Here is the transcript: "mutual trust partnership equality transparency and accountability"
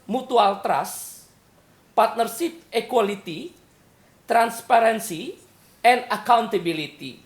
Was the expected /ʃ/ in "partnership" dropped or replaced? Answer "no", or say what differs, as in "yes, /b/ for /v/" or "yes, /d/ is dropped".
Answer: yes, /s/ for /ʃ/